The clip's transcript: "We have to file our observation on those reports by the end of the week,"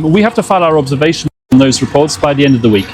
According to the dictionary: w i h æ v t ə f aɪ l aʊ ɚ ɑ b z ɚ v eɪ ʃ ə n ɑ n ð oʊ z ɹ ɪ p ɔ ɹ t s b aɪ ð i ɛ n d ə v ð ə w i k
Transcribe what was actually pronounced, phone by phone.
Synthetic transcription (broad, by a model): w i h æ f t ə f aɪ l aʊ ɚ ɑ b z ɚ v eɪ ʃ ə n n ð oʊ z ɹ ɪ p ɔ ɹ t s b aɪ ð i ɛ n d ə v ð ə w i k